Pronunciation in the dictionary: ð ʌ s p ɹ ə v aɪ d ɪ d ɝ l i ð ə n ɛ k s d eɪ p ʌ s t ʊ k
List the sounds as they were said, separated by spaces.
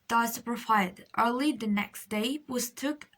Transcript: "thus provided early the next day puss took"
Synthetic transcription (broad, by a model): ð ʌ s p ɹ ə f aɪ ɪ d ɝ l i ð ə n ɛ k s d eɪ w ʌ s t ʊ k